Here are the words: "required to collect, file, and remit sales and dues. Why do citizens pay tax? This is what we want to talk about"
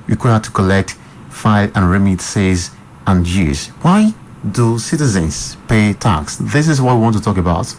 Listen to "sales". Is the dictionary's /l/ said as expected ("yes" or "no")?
no